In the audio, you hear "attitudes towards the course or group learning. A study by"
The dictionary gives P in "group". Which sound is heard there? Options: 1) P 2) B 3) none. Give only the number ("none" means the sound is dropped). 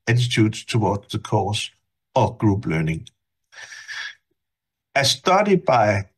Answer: 2